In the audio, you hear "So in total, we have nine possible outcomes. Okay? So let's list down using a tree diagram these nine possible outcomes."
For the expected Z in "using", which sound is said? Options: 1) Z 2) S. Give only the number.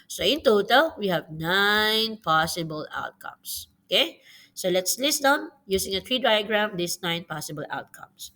2